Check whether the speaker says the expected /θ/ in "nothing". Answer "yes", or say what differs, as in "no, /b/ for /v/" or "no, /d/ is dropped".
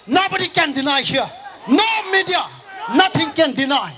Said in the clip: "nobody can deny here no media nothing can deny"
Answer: no, /t/ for /θ/